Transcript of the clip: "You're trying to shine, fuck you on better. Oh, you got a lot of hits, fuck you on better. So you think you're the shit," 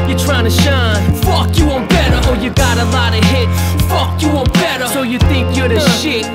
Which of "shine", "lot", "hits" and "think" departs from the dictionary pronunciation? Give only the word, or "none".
hits